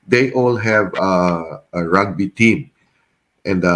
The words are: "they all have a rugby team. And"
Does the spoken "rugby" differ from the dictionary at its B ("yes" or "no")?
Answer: no